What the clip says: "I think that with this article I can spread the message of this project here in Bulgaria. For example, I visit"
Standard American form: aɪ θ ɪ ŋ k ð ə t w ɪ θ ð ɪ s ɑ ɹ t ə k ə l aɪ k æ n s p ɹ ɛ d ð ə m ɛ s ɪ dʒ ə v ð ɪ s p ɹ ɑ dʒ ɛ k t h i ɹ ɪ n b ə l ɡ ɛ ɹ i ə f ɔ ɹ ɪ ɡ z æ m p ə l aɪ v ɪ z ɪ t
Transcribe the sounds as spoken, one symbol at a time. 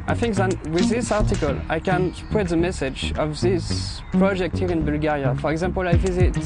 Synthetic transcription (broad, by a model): aɪ θ ɪ ŋ k ð ə t w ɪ ð ɪ s ɑ ɹ t ə k ə l aɪ k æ n p ʊ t ð ə m ɛ s ɪ dʒ ə v ð ɪ s p ɹ ɑ dʒ ɛ k t h i ɹ ɪ n b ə l ɡ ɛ ɹ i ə f ɔ ɹ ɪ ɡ z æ m p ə l aɪ v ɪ z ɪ t